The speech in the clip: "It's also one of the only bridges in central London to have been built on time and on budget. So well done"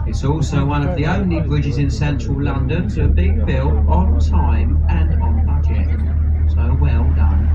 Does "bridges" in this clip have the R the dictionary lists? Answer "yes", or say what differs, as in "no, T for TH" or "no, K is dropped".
yes